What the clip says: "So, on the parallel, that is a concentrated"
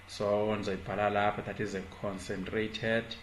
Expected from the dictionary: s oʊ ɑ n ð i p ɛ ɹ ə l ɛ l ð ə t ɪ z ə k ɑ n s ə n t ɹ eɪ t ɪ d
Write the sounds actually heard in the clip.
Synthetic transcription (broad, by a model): s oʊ ɑ n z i b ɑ l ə l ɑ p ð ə t ɪ z ə k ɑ n s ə n t ɹ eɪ t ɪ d